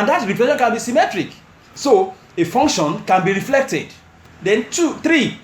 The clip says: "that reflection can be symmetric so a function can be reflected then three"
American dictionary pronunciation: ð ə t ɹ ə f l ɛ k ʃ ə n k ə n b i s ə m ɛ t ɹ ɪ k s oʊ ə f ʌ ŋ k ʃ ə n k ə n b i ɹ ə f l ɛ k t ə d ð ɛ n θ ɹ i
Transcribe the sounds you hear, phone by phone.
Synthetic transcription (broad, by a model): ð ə t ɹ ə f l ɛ ʃ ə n k ə n b i s ə m ɛ t ɹ ɪ k s oʊ ə f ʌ ŋ k ʃ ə n k ə n b i ɹ ə f l ɛ k t ə d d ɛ n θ ɹ i